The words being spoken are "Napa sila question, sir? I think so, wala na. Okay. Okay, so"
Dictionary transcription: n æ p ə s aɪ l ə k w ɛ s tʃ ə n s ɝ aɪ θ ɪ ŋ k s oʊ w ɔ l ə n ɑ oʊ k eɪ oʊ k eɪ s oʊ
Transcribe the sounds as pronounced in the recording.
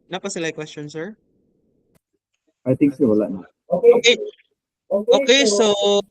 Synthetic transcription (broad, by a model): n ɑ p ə s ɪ l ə k w ɛ s tʃ ə n s ɝ aɪ t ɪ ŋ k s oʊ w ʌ l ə n ɑ oʊ k eɪ oʊ k eɪ s oʊ